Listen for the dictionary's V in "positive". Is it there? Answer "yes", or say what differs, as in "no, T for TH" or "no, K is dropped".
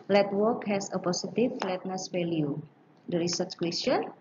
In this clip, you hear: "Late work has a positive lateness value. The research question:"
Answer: no, F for V